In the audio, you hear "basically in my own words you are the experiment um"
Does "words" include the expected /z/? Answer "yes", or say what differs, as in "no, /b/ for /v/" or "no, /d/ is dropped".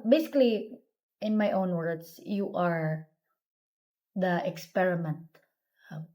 no, /s/ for /z/